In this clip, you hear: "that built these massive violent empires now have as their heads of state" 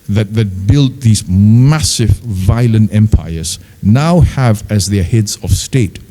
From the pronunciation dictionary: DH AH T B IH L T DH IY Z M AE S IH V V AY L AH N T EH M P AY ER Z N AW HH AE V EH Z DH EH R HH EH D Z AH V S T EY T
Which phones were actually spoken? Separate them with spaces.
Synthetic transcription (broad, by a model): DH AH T B IH L T DH IY Z M AE S IH V V AY L AH N T EH M P AY ER Z N AW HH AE V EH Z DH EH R HH EH D Z AH V S T EY T